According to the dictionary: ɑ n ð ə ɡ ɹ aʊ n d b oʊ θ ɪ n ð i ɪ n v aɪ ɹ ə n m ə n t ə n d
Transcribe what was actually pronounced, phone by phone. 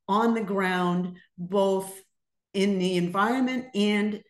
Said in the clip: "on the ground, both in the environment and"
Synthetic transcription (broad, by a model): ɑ n ð ə ɡ ɹ aʊ n d b oʊ θ ɪ n ð i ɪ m v aɪ ɹ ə n m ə n t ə n